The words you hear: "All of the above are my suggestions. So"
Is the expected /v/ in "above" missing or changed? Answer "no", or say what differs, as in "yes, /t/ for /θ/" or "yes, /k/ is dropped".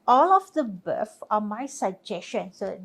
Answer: yes, /f/ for /v/